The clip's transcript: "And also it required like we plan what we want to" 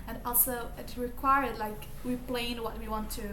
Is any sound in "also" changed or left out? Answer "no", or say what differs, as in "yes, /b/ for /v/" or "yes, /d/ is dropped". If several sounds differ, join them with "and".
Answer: no